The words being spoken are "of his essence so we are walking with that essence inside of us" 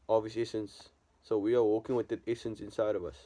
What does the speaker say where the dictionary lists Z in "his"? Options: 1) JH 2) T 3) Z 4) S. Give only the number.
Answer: 4